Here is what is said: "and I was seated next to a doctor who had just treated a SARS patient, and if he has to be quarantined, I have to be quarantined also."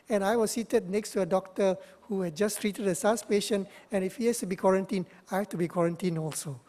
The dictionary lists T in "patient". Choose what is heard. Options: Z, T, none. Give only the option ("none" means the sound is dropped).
none